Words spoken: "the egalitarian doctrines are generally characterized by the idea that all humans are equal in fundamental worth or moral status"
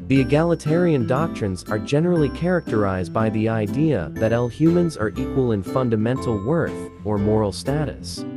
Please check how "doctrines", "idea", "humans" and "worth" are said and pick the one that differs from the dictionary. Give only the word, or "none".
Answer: none